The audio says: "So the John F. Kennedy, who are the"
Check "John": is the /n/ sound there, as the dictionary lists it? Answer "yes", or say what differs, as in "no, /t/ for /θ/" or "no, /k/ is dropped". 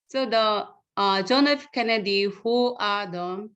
yes